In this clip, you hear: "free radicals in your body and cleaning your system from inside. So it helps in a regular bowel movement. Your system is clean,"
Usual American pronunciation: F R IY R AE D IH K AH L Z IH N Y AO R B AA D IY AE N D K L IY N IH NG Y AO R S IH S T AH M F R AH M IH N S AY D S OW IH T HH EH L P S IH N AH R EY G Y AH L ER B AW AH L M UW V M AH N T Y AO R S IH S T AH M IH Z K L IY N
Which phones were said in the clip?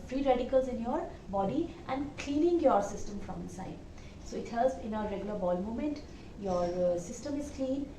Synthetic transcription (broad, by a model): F R IY R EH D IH K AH L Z IH N Y AO R B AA D IY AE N D K L IY N IH NG Y AO R S IH S T AH M F R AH M IH N S AY D S OW IH T HH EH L S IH N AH R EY G Y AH L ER B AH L M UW M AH N T Y AO R S IH S T AH M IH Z K L IY N